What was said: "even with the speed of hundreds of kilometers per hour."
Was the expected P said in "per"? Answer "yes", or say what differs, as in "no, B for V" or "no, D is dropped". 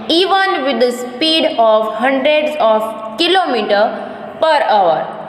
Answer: yes